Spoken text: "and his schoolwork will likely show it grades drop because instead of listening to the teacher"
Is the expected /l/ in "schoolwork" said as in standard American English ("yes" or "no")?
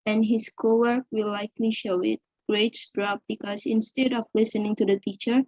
no